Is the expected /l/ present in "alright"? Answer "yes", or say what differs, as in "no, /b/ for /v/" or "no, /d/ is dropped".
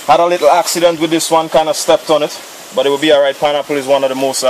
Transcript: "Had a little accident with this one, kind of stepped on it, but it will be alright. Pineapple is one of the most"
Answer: no, /l/ is dropped